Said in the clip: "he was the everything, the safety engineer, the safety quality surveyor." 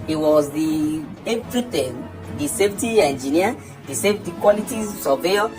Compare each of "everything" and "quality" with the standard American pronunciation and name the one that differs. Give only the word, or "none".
everything